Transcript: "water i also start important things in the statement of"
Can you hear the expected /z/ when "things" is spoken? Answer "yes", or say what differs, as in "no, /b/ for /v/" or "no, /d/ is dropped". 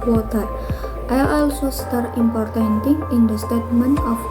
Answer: no, /z/ is dropped